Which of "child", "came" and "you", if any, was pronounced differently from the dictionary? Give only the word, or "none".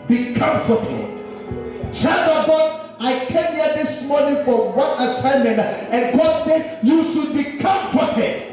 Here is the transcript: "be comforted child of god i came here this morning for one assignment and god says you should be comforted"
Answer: child